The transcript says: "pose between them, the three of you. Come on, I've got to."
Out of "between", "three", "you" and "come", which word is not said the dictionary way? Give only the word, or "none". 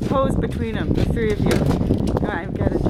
come